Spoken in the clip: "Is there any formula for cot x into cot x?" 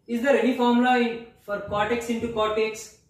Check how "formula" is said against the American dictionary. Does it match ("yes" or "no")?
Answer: no